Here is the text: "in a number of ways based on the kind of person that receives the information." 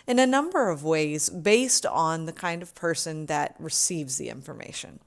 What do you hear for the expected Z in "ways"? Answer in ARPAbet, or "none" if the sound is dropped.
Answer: Z